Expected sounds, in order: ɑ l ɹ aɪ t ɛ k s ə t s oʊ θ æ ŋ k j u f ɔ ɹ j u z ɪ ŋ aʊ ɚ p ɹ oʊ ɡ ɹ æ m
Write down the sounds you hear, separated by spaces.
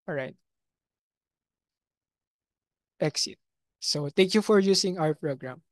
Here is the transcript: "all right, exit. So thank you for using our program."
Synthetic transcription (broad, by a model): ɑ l ɹ aɪ t ɛ k s ə t s oʊ t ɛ ŋ k j u f ɔ ɹ j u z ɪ ŋ aʊ ɚ p ɹ oʊ ɡ ɹ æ m